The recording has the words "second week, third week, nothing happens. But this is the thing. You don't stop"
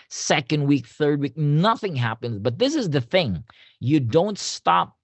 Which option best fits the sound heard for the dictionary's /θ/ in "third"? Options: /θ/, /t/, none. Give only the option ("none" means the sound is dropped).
/θ/